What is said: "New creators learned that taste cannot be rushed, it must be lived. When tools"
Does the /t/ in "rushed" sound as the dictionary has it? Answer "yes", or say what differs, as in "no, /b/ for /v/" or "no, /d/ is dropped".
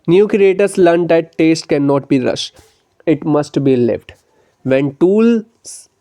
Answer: no, /t/ is dropped